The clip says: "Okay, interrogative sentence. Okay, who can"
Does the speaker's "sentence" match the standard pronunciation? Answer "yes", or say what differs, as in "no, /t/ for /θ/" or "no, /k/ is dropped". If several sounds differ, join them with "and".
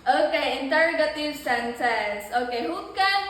no, /s/ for /t/